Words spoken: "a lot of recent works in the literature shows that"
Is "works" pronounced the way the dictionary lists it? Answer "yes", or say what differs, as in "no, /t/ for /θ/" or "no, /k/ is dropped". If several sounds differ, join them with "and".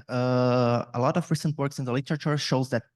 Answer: yes